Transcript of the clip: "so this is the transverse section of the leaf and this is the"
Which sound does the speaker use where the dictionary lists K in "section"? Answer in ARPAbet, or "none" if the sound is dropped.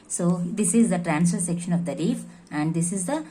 K